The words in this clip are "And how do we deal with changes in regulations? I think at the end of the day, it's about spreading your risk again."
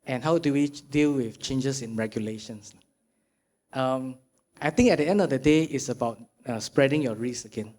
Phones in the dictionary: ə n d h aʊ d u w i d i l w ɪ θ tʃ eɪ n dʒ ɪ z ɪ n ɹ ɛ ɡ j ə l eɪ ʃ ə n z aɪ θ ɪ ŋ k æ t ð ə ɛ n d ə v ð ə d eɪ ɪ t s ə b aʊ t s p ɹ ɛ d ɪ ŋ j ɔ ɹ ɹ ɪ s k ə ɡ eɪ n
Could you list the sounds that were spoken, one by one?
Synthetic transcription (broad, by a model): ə n h aʊ d u w i d i l w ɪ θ tʃ eɪ n dʒ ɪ s ɪ n ɹ ɛ ɡ j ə l eɪ ʃ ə n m aɪ t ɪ ŋ k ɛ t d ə ɛ n d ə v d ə d eɪ ɪ t s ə b aʊ t s p ɹ ɛ d ɪ ŋ j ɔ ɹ ɹ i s ə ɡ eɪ n